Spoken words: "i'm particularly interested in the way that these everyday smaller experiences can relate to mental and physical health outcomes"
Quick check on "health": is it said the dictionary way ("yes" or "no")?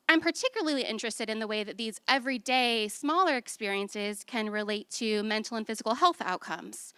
yes